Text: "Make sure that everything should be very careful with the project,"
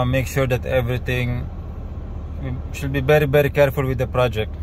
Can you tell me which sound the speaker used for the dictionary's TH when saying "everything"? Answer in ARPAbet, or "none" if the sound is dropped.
T